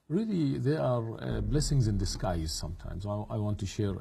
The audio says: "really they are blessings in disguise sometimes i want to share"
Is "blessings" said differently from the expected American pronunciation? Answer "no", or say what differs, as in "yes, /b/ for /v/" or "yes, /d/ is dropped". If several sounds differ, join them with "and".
no